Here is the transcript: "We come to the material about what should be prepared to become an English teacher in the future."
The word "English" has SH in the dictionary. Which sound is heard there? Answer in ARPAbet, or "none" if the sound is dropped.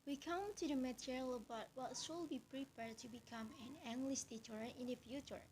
S